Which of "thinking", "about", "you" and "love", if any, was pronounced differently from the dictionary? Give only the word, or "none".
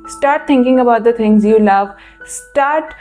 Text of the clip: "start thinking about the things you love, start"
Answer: thinking